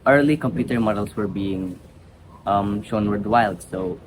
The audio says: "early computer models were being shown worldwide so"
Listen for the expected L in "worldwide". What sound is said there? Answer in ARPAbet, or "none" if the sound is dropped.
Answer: none